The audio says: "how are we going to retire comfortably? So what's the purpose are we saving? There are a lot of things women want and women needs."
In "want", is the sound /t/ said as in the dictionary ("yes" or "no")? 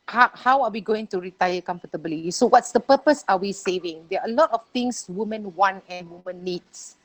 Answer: no